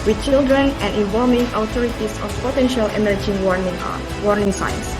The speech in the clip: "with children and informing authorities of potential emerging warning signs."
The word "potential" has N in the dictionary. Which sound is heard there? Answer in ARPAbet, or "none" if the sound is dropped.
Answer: N